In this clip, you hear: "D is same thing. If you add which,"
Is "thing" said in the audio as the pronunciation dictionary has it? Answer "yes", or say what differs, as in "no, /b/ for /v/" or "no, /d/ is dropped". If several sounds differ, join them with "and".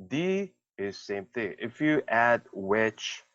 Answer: yes